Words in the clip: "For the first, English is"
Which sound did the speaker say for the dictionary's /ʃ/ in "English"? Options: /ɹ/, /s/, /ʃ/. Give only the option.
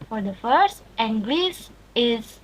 /s/